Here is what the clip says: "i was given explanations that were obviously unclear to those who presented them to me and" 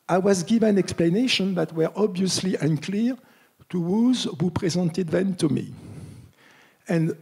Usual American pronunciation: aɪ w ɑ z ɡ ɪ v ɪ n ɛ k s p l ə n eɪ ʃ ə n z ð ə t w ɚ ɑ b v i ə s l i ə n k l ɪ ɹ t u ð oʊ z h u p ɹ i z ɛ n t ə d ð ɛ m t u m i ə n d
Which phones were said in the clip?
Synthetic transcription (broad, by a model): aɪ w ɑ z ɡ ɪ v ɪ n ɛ k s p l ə n eɪ ʃ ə n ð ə t w ɚ ɑ b v i ə s l i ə n k l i ɹ t u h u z h u p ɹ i z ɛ n t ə d ð ɛ m t u m i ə n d